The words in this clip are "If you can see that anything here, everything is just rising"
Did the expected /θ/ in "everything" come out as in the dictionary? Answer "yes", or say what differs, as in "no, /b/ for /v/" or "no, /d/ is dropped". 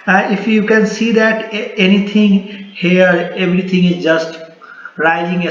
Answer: no, /t/ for /θ/